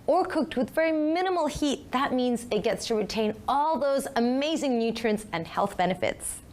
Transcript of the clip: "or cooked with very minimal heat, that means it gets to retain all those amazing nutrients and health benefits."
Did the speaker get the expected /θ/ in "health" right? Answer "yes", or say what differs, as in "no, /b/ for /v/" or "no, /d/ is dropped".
yes